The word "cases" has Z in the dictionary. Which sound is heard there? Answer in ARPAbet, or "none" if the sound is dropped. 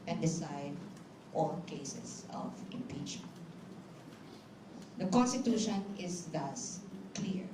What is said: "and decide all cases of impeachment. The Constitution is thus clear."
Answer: S